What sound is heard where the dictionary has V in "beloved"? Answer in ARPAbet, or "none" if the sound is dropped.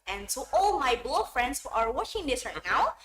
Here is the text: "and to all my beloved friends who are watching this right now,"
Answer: none